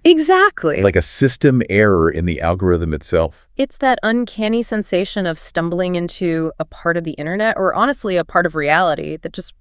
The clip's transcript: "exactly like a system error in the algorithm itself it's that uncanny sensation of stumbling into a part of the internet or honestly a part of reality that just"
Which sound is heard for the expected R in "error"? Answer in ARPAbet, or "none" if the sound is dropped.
R